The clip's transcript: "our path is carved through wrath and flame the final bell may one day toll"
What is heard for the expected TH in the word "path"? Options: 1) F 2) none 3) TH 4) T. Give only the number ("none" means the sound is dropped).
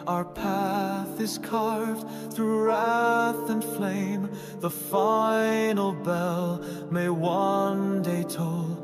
3